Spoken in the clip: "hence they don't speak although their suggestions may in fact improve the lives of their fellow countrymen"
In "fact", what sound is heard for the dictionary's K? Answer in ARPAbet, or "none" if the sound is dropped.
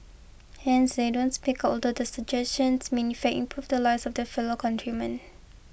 none